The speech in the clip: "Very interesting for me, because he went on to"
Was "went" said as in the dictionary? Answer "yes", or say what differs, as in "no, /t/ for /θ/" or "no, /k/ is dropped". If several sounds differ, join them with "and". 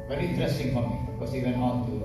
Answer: no, /t/ is dropped